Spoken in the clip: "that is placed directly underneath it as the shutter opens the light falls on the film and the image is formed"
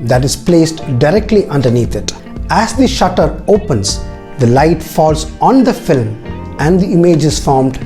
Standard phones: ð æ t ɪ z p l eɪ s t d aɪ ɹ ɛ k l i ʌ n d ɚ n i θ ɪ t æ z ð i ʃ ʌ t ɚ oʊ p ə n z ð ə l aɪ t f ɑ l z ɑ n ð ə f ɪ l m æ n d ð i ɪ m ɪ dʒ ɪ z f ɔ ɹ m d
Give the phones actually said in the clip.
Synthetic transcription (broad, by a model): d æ t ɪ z p l eɪ s t d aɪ ɹ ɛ k l i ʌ n d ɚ n i t ɪ t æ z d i ʃ ʌ t ɚ oʊ p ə n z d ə l aɪ t f ɑ l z ɑ n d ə f ɪ l m æ n d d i ɪ m ɪ dʒ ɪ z f ɔ ɹ m d